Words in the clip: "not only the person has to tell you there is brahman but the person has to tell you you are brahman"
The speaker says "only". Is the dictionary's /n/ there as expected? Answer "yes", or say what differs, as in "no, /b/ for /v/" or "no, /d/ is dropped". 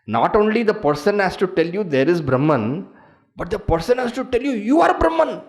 yes